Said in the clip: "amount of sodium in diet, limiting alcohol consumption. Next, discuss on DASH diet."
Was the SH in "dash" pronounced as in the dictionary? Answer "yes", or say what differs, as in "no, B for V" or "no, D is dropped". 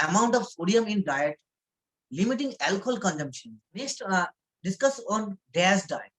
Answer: no, S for SH